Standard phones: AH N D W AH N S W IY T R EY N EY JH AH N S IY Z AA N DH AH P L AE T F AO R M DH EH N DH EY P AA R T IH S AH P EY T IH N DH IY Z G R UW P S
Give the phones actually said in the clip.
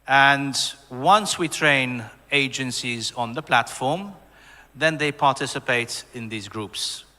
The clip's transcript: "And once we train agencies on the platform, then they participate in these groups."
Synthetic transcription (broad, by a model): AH N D W AH N S W IY T R EY N EY JH AH N S IY Z AA N DH AH P L AE T F AO R M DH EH N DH EY P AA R T IH S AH P EY T IH N DH IY Z G R UW P S